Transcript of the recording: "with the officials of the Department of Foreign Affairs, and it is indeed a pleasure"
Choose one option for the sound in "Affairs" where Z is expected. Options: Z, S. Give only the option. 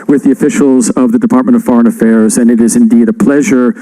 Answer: Z